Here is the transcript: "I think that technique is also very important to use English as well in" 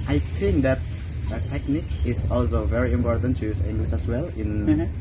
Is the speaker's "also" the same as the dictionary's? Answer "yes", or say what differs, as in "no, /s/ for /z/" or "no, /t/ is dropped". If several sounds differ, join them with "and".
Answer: yes